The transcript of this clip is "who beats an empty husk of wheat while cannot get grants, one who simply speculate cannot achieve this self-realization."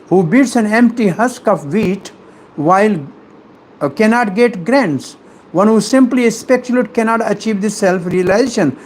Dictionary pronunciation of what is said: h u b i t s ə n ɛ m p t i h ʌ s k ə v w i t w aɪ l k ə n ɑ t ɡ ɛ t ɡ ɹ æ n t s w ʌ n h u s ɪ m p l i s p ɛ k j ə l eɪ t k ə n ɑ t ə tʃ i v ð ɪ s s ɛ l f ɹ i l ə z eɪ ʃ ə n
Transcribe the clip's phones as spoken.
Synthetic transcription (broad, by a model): h u b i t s ə n ɛ m p t i h ʌ s k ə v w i t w aɪ l k ə n ɑ t ɡ ɛ t ɡ ɹ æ n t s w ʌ n h u s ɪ m p l i s p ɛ k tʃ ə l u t k ə n ɑ t ə tʃ i v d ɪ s s ɛ l f ɹ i l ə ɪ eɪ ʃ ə n